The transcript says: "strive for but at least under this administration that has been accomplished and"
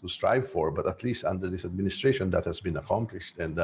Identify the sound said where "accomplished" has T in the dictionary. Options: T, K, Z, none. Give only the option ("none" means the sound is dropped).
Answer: T